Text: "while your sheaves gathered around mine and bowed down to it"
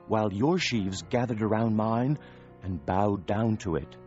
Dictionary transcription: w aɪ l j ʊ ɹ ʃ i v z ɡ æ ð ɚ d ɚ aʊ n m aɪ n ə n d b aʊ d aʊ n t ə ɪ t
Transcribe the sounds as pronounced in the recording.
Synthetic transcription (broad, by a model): w aɪ l j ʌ ɹ ʃ i v z ɡ æ ð ɚ d ɚ aʊ n m aɪ n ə n b aʊ d aʊ n t ə ɪ t